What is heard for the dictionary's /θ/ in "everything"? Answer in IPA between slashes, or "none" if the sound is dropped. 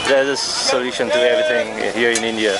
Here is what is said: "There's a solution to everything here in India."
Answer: /t/